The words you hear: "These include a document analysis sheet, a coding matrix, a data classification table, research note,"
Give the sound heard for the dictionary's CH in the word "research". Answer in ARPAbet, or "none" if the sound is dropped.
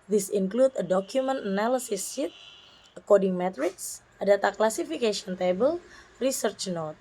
CH